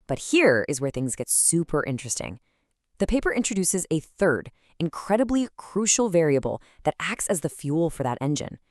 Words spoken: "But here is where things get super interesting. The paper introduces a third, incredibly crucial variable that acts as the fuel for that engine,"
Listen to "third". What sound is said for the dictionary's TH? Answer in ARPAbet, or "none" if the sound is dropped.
TH